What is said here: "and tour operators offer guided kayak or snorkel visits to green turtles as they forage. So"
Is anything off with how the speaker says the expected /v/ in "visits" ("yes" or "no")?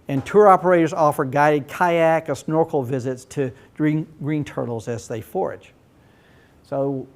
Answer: no